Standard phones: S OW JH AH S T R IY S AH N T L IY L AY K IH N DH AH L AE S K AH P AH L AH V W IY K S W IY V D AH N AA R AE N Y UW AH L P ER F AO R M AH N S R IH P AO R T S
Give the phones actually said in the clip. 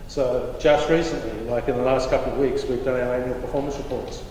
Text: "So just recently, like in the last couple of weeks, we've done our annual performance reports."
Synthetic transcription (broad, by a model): S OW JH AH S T R IY S AH N T L IY L AY K IH N DH AH L AE S K AH P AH L AH V W IY K S W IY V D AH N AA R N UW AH P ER F AO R M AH N S R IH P AO R T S